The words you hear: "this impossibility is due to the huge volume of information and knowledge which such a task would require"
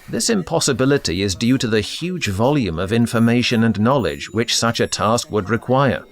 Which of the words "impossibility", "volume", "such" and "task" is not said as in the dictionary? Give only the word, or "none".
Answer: none